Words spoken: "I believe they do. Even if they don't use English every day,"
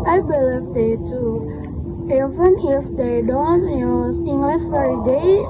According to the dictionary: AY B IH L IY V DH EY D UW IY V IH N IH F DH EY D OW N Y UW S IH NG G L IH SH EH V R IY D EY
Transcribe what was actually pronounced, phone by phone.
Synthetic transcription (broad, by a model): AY B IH L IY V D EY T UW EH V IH N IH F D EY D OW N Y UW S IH NG G L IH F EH R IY D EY